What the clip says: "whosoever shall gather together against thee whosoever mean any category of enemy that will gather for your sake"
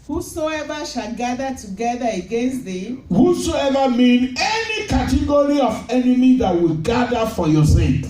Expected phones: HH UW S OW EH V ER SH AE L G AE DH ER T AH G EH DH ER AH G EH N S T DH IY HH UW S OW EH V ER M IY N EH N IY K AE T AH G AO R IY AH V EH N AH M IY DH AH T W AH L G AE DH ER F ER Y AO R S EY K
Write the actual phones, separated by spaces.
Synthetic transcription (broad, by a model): HH UW S OW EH V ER SH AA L G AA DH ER T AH G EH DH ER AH G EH N S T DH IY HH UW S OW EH V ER M IY N EH N IY K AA T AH G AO R IY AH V EH N AH M IY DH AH T W AH L G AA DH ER F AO Y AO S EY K